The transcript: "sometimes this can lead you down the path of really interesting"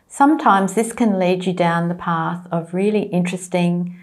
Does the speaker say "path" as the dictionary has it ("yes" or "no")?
yes